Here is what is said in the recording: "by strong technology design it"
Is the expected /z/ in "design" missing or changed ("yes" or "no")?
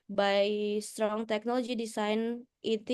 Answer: yes